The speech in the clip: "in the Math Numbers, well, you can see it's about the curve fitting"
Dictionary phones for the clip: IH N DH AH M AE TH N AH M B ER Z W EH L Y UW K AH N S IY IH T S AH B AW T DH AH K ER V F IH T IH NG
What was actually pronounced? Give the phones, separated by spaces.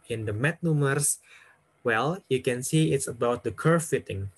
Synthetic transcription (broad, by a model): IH N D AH M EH T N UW M ER S W EH L Y UW K AH N S IY IH T S AH B AW T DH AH K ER F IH T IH NG